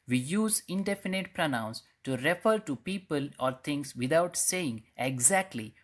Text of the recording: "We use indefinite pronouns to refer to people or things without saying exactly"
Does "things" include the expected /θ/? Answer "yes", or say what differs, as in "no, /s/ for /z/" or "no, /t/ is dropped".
no, /t/ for /θ/